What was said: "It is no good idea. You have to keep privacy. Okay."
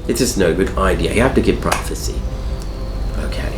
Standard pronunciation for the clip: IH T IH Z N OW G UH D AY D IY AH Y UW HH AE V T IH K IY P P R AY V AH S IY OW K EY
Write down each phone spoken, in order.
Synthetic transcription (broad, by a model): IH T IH S N OW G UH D AY D IY AH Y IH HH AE F T IH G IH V P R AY F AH S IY OW K EY